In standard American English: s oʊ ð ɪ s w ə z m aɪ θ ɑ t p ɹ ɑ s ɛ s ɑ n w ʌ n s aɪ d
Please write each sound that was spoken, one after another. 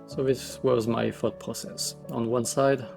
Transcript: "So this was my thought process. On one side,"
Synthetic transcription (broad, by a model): s oʊ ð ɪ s w ə z m aɪ f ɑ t p ɹ ɑ s ɛ s ɑ n w ʌ n s aɪ d